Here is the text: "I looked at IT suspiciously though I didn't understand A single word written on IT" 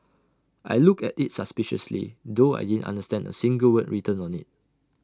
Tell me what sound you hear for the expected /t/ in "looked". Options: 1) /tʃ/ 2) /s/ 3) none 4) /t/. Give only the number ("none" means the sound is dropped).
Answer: 3